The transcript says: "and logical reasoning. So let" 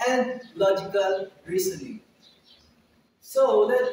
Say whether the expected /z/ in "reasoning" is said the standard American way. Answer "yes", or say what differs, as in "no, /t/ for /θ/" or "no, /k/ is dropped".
no, /s/ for /z/